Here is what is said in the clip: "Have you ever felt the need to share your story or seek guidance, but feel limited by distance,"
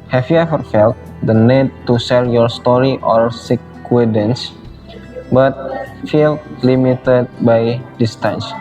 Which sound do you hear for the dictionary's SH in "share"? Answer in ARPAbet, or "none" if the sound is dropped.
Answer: S